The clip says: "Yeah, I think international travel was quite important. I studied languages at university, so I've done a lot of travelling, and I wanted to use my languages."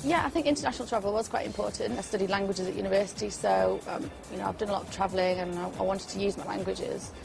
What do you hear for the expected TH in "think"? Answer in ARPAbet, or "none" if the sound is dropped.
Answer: TH